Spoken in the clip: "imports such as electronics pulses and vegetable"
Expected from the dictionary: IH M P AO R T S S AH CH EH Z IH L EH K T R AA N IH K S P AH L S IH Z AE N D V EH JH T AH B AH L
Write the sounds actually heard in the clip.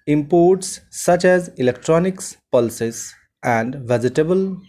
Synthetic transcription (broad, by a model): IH M P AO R T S S AH CH EH Z IH L EH K T R AA N IH K S P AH L S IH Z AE N D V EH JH T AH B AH L